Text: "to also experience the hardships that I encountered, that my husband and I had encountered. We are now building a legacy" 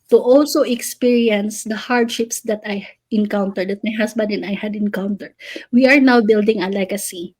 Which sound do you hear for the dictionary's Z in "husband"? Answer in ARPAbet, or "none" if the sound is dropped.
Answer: S